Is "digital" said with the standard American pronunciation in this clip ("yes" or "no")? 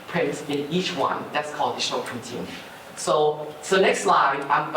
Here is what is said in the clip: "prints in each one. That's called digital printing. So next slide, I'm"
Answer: no